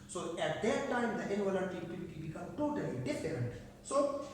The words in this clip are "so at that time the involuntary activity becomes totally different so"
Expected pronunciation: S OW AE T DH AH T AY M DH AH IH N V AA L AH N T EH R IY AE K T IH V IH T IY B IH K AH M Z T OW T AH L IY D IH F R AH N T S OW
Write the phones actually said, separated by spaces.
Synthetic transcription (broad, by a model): S OW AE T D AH T AY M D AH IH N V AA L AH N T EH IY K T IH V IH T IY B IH K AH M T OW T AH L IY D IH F R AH N T S OW